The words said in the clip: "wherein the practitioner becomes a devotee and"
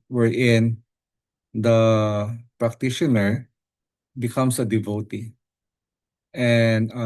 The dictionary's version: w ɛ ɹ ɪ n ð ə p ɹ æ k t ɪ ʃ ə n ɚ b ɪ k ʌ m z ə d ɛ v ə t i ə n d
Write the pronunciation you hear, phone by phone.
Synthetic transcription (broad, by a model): w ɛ ɹ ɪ n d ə p ɹ æ k t ɪ ʃ ə n ɚ b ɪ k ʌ m s ə d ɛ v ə t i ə n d